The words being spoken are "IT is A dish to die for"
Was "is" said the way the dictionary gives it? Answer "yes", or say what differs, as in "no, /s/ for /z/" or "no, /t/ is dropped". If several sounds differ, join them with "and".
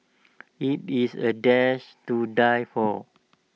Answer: no, /s/ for /z/